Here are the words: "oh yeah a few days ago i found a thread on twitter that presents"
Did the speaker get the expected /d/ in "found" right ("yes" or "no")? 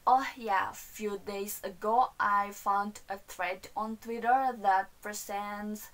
yes